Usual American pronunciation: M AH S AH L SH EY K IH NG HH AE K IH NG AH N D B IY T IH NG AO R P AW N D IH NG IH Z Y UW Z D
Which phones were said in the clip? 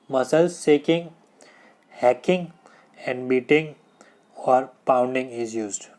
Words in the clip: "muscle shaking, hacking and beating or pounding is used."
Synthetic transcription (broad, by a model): M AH S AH L S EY K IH NG HH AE K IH NG AH N D B IY T IH NG AO R P AW N D IH NG IH Z Y UW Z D